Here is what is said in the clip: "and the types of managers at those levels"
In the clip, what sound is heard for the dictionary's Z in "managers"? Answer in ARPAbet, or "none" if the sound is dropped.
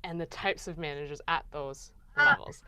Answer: Z